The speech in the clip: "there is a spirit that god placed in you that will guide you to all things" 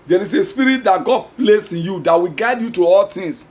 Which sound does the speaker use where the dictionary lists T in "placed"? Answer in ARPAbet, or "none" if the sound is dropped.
none